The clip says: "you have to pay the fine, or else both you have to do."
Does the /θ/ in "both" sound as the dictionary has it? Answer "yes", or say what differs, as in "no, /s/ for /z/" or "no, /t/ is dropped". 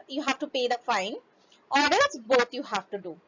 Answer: no, /t/ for /θ/